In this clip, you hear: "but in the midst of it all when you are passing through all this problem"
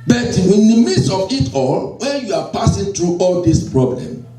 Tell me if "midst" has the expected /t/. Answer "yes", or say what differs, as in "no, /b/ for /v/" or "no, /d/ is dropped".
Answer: no, /t/ is dropped